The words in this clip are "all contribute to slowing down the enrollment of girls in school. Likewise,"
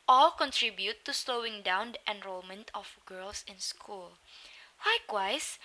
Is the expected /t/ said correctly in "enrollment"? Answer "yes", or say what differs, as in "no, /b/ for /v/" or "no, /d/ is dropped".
yes